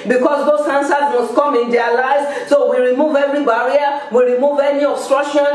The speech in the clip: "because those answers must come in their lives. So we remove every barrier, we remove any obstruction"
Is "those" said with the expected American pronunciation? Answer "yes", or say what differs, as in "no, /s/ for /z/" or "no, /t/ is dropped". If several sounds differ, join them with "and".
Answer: no, /s/ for /z/